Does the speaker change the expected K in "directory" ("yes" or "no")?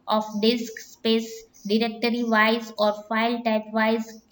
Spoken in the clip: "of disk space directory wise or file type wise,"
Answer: no